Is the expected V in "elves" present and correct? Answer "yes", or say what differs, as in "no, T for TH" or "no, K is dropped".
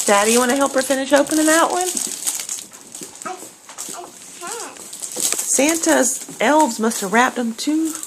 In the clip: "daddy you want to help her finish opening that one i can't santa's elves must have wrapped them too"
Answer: yes